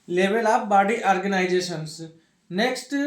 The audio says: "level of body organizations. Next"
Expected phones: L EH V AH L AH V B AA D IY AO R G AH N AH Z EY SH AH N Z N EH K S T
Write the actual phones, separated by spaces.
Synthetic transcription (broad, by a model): L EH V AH L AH P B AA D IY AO R G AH N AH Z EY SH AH N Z N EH K S T